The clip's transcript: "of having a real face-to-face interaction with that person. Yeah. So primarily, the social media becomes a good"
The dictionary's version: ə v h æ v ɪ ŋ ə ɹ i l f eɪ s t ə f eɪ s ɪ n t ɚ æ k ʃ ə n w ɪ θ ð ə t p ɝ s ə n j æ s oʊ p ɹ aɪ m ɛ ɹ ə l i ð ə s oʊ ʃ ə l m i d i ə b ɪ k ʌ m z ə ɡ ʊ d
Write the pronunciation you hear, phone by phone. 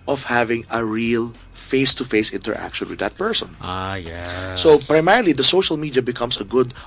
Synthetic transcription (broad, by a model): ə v h æ v ɪ ŋ ə ɹ i l f eɪ s t ə f eɪ s ɪ n t ɚ æ k ʃ ə n w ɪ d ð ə t p ɝ s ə n j æ s oʊ p ɹ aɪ m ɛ ɹ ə l i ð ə s oʊ ʃ ə l m i d i ə b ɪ k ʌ m s ə ɡ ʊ d